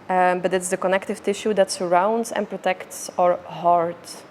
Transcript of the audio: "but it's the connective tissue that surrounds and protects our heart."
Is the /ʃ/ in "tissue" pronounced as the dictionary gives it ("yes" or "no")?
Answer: yes